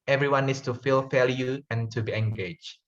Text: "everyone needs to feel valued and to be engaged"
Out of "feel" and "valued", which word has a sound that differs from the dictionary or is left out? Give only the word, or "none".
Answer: valued